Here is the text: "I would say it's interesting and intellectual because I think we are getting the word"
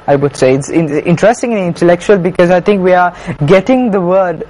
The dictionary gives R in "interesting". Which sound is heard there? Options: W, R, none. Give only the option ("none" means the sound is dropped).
R